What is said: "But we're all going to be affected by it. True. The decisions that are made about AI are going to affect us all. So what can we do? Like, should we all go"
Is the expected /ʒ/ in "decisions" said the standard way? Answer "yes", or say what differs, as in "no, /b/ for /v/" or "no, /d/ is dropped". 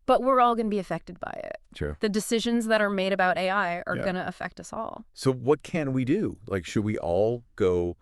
yes